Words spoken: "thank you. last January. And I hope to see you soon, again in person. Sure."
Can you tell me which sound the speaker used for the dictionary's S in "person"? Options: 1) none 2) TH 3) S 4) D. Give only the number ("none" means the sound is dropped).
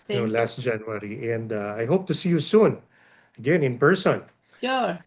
3